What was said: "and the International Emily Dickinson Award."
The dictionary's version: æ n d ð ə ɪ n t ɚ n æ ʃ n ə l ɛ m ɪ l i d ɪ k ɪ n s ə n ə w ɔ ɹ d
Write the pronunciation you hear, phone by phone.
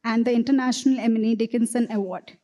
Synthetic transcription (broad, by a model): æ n d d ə ɪ n t ɚ n æ ʃ n ə l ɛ m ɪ n i d ɪ k ɪ n s ə n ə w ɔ ɹ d